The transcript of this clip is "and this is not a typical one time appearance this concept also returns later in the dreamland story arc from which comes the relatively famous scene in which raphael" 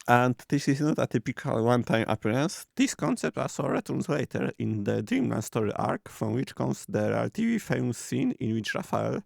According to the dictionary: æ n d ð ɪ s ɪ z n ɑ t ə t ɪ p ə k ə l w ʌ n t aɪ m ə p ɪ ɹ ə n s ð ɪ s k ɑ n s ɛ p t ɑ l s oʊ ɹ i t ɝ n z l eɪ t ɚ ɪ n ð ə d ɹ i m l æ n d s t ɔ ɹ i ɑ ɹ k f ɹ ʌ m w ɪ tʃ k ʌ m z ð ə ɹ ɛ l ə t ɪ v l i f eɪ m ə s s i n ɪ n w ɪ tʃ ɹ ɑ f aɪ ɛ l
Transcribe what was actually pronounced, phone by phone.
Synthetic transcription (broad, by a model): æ n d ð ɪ s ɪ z n ɑ t ə t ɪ p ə k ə l w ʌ n t aɪ m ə p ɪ ɹ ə n s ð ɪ s k ɑ n s ɛ p t ɑ l s oʊ ɹ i t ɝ n s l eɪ t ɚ ɪ n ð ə d ɹ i m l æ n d s t ɔ ɹ i ɑ ɹ k f ɹ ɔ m w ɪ tʃ k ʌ m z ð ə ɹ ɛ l t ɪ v i f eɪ ə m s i n ɪ n w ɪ tʃ ɹ ɑ f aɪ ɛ l